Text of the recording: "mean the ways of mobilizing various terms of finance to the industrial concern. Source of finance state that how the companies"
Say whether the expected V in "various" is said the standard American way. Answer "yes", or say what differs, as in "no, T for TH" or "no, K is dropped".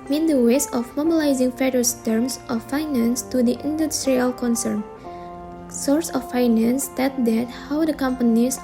no, F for V